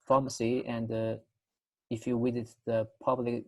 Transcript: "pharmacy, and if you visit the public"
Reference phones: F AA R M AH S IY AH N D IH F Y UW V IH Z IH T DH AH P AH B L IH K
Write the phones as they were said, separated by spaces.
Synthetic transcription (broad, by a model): F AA M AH S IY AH N D IH F Y UW W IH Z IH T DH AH P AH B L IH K